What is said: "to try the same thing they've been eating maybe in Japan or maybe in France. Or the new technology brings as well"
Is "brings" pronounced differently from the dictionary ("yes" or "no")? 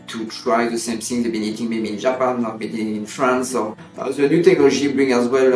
yes